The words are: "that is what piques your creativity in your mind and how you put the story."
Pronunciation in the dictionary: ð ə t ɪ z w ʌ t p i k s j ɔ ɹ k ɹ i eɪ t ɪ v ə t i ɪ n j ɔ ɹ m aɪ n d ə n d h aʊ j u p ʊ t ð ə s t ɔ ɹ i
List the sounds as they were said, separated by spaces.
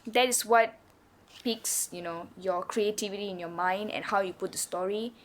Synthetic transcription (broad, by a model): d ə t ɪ s w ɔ t p i k s j ɔ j k ɹ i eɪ t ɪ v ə t i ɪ n j ɔ m aɪ n d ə n h aʊ j u p ʊ t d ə s t ɔ ɹ i